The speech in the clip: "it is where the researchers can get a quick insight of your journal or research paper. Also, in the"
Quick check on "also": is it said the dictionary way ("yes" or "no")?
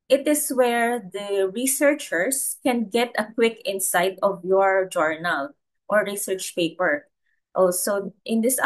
no